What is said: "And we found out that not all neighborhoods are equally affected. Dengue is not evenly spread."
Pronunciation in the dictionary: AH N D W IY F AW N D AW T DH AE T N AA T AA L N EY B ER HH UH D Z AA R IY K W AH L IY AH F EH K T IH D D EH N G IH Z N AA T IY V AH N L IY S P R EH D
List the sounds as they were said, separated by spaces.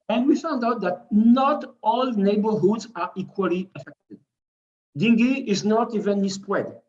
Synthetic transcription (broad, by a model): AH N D W IY F AW N D AW T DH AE T N AA T AA L N EY B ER HH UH D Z AA R IY K W AH L IY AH F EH K T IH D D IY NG G IH Z N AA T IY V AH N IY S P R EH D